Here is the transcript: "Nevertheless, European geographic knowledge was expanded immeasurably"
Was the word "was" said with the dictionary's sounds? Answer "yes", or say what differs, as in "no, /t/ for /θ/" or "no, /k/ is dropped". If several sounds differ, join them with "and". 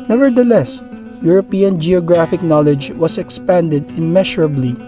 no, /s/ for /z/